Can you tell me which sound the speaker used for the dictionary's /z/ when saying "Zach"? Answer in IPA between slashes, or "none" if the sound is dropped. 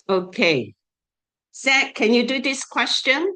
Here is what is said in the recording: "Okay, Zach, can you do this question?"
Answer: /s/